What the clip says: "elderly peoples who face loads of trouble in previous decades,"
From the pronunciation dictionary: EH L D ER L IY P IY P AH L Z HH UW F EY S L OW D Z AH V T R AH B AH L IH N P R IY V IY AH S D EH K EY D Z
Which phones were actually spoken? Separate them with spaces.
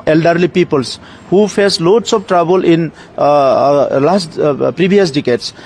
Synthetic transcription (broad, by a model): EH L D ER L IY P IY P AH L S HH UW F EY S L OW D S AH P T R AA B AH L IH N P R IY B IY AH S D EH K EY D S